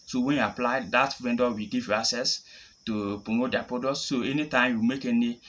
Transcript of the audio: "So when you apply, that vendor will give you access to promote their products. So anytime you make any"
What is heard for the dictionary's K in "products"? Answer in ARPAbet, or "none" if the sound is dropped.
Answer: none